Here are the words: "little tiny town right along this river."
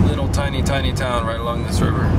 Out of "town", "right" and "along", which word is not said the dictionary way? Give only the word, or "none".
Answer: none